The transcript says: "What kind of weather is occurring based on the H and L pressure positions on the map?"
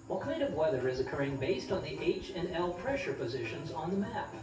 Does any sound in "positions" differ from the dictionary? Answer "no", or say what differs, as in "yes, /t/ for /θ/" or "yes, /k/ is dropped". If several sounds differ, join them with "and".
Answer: no